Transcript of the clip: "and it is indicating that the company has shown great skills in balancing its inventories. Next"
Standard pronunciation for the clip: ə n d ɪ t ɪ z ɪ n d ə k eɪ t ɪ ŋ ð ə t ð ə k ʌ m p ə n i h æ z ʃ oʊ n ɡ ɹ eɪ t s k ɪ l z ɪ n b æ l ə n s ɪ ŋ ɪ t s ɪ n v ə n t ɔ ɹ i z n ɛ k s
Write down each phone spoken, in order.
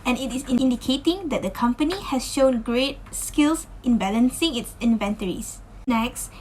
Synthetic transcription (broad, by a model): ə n ɪ t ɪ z ɪ n d ə k eɪ t ɪ ŋ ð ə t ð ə k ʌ m p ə n i h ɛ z ʃ oʊ n ɡ ɹ eɪ t s k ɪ l s ɪ n b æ l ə n s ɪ ŋ ɪ t s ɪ n v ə n t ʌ ɹ i s n ɛ k s